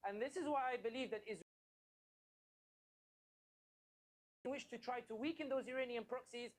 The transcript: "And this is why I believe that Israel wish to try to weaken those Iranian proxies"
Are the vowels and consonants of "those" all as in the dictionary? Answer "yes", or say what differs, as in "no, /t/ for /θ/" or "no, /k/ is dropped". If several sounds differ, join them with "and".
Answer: yes